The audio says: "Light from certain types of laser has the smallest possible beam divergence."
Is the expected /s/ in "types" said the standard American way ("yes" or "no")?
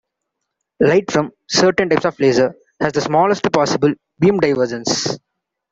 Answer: yes